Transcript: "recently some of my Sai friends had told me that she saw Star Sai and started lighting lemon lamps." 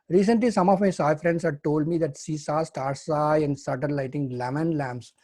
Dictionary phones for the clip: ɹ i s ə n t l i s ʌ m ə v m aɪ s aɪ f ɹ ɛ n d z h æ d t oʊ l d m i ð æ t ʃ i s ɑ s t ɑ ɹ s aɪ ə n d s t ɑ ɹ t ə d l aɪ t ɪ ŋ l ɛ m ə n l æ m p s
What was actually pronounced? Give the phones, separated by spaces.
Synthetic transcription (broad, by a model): ɹ i s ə n t l i s ʌ m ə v m aɪ s aɪ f ɹ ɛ n d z h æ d t oʊ l d m i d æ t s i s ɑ s t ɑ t s aɪ ə n d s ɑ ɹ t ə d l aɪ t ɪ ŋ l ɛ m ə n l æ m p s